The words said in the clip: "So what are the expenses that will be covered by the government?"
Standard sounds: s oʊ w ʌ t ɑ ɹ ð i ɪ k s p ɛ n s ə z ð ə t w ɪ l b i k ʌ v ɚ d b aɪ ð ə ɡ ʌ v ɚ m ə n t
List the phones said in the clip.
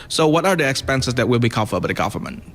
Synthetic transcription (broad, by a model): s oʊ w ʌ t ɑ ɹ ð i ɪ k s p ɛ n s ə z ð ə t w ɪ l b i k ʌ f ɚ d b aɪ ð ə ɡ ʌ v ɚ m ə n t